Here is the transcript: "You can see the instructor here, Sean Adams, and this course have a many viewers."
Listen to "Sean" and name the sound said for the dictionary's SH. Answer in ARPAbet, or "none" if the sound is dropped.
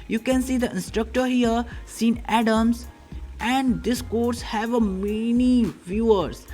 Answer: S